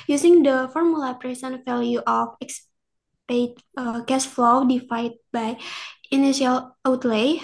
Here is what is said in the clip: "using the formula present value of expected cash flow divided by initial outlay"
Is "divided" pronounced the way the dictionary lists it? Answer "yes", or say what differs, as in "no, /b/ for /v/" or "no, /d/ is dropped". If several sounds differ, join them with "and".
no, /f/ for /v/